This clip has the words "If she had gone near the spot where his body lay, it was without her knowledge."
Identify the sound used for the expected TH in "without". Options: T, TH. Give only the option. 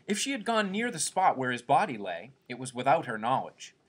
TH